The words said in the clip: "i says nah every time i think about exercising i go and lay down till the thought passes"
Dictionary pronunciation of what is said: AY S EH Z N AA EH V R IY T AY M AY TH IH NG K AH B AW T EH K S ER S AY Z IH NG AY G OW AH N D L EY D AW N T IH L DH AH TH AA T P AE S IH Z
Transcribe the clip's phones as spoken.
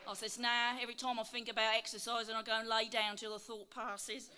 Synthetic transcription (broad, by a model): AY S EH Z N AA EH V R IY T AY M AY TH IH NG K AH B AW T EH K S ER S AY Z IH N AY G OW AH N L EY D AW N T IH L DH AH TH AA T P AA S IH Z